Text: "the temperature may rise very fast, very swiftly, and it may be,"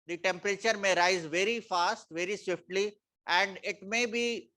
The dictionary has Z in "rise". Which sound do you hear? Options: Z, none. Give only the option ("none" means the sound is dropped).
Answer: Z